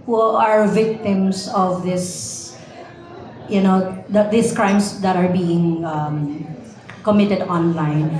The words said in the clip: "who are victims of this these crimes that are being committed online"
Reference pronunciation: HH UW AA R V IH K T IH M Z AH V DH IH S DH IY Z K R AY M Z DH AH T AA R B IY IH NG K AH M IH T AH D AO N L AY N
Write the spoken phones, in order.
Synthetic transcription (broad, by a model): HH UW AA R V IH K T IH M S AH V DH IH S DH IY S K R AY M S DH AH T AA R B IY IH NG K AH M IH T AH D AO N L AY N